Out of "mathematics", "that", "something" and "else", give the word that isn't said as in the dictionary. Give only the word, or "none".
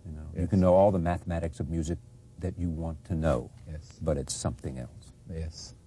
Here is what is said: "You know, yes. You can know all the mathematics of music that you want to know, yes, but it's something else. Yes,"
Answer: none